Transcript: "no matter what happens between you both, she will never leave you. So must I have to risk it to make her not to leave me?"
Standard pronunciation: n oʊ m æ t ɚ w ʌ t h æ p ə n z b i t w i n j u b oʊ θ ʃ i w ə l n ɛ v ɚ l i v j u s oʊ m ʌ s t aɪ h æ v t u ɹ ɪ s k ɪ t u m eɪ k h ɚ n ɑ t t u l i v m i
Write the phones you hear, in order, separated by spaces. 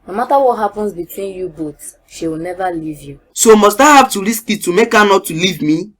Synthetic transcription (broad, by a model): n oʊ m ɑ t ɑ w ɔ t h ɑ p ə n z b i t w i n j u b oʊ t ʃ i w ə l n ɛ v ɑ l i v j u s oʊ m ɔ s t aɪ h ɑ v t u ɹ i s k ɪ t u m eɪ k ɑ n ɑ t t u l i v m i